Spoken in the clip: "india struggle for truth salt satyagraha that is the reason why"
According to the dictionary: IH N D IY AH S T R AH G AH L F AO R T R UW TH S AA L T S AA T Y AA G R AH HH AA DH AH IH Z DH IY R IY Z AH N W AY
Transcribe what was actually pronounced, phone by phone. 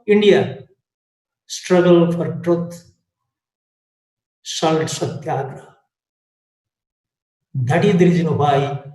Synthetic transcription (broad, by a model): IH N D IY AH S T R AH G AH L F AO R T R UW T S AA L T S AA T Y AA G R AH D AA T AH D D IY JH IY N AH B AY